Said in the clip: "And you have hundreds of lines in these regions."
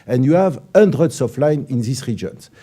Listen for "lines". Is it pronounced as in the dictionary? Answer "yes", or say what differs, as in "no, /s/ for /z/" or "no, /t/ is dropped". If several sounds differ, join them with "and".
no, /z/ is dropped